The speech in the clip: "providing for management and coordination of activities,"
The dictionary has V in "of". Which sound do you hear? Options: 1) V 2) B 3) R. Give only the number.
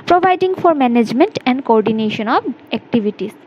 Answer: 2